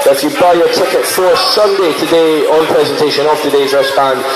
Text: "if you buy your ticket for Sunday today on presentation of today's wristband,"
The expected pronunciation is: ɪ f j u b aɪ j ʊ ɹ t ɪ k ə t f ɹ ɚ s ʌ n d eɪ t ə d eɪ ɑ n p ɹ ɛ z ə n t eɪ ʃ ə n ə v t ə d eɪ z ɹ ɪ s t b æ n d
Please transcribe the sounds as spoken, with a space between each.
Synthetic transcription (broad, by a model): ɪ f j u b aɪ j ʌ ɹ t ɪ k ə t f ɹ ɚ s ʌ n d eɪ t ə d eɪ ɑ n p ɹ ɛ z ə n t eɪ ʃ ə n ə v t ə d eɪ z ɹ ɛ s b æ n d